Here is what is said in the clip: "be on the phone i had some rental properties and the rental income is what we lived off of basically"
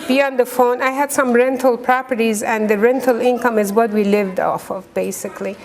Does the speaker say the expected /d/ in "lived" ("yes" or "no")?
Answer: yes